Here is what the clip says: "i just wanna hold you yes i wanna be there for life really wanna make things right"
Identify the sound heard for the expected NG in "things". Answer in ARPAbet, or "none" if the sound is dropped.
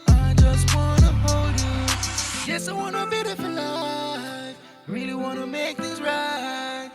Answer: none